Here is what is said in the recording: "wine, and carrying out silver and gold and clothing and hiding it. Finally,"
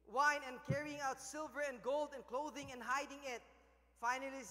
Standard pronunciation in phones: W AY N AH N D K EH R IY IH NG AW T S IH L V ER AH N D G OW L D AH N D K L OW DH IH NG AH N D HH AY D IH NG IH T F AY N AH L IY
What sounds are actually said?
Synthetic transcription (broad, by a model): W AY N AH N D K EH R IY IH NG AW T S IH L V ER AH N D G OW L D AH N K L OW DH IH NG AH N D HH AY D IH NG IH T F AY N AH L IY